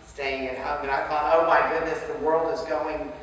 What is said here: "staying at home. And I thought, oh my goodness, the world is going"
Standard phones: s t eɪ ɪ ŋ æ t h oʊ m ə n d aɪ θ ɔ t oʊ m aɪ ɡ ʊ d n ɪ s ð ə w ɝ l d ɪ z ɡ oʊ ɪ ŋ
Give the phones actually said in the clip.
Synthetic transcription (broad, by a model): s t eɪ ɪ ŋ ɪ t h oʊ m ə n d aɪ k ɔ ʊ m aɪ ɡ ʊ d n ɪ s ð ə w ɝ l d ɪ z ɡ oʊ ɪ ŋ